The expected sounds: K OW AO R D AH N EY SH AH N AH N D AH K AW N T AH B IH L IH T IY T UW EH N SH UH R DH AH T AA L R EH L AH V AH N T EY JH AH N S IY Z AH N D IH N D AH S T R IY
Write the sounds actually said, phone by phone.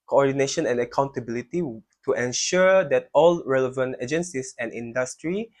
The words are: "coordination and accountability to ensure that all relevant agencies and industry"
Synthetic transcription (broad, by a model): K OW AO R D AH N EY SH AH N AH N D AH K AW N T AH B IH L IH T IY T UW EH N SH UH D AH T AA L R EH L AH V AH N T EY JH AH N S IY S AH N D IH N D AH S T R IY